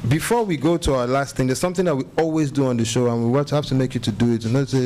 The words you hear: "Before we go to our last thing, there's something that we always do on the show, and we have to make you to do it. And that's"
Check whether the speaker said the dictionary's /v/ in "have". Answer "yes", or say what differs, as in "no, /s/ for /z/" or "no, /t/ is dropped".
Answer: no, /f/ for /v/